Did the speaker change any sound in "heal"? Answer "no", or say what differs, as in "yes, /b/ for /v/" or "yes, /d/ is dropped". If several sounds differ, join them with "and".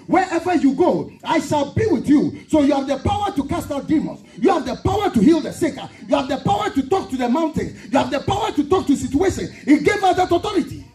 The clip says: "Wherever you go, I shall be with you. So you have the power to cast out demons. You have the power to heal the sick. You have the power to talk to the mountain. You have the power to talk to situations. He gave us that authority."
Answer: no